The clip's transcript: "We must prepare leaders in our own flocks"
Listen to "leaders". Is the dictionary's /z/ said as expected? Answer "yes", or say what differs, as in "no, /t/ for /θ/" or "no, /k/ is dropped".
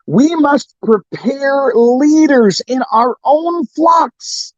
yes